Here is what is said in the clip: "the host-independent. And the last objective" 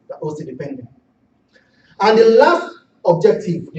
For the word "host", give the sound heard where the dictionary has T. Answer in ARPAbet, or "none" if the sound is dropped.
none